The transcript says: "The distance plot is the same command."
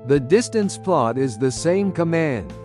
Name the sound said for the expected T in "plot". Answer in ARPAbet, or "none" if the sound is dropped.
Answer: T